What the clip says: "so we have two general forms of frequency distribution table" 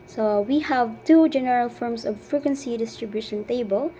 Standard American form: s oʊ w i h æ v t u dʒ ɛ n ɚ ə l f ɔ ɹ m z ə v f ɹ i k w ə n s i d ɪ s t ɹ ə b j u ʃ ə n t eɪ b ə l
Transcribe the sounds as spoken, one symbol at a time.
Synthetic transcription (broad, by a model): s oʊ w i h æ v t u dʒ ɛ n ɚ ə l f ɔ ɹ m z ə v f ɹ i k w ə n s i d ɪ s t ɹ ə b j u ʃ ə n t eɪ b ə l